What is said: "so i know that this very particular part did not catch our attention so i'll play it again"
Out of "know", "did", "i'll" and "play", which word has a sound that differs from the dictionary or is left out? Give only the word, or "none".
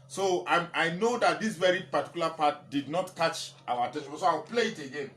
i'll